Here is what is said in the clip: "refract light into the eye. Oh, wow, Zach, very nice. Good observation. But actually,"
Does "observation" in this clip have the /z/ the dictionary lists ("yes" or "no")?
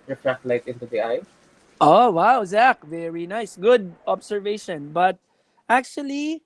no